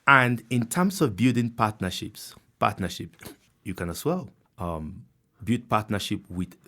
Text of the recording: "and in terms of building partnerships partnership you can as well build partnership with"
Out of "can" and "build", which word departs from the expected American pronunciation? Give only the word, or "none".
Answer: build